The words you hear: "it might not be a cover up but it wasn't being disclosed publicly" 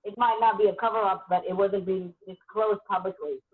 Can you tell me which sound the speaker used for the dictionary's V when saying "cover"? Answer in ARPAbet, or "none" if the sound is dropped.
V